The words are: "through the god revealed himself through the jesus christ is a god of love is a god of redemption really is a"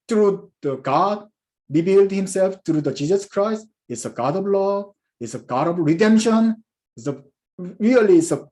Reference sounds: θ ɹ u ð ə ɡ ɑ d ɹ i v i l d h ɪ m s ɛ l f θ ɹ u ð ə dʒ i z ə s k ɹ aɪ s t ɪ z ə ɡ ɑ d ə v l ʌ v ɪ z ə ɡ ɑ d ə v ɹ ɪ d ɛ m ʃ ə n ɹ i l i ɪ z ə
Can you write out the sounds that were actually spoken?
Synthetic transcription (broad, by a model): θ ɹ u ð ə ɡ ɑ d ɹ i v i l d h ɪ m s ɛ l f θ ɹ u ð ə dʒ i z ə s k ɹ aɪ s t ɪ s ə ɡ ɑ d ə v l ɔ ɪ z ə ɡ ɑ d ə v ɹ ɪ d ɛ m ʃ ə n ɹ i l i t s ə